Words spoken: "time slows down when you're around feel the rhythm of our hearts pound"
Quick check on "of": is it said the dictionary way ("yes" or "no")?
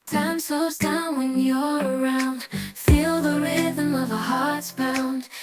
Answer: yes